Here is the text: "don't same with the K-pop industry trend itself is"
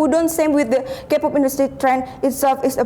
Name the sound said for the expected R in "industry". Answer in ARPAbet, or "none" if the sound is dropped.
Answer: none